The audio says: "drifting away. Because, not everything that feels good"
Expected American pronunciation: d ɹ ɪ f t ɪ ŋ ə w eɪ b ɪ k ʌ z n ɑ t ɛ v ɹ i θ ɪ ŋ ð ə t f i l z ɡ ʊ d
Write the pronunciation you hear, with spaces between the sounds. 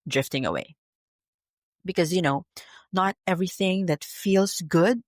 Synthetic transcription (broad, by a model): d ɹ ɪ f t ɪ ŋ ə w eɪ b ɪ k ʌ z n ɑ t ɛ v ɹ i θ ɪ ŋ ð ə t f i l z ɡ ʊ d